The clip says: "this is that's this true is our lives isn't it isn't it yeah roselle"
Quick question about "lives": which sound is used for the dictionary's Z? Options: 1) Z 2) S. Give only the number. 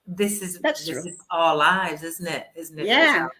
1